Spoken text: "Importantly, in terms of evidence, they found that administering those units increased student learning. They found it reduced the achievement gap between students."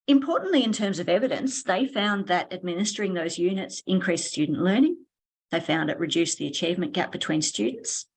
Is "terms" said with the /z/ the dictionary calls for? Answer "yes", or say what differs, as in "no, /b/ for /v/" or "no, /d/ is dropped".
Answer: yes